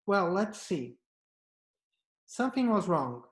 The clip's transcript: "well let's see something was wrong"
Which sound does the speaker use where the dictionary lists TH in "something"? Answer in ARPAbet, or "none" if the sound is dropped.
TH